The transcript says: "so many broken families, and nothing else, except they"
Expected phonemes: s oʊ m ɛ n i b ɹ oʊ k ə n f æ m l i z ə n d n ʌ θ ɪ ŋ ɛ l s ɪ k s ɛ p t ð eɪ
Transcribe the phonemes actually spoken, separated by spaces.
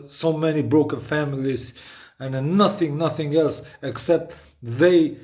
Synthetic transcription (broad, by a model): s oʊ m ɛ n i b ɹ oʊ k ə n f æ m l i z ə n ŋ n ʌ θ ɪ ŋ ɛ l s ɪ k s ɛ p t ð eɪ